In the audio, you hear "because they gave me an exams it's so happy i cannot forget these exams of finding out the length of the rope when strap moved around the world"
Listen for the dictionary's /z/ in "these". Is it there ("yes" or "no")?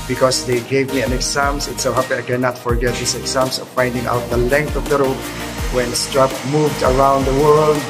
no